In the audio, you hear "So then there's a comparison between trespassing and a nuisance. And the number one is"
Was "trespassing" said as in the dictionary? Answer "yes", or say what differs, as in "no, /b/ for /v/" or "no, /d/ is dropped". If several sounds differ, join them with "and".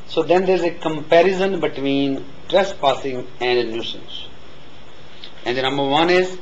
yes